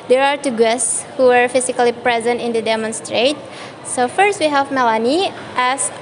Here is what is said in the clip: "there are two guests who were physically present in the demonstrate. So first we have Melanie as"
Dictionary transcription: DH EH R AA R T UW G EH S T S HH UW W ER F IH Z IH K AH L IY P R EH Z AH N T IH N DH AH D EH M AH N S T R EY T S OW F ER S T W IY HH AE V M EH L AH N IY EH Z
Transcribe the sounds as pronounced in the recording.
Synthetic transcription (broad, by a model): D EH R AA R T UW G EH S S HH UW W ER F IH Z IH K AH L IY P R EH Z AH N T IH N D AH D EH M AH N S T R EY T S OW F ER S T W IY HH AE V M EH L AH N IY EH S